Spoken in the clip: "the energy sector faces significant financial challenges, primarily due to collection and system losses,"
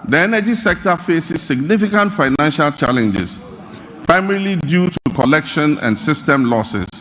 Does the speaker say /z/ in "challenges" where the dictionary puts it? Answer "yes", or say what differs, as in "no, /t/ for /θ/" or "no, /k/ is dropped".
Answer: no, /s/ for /z/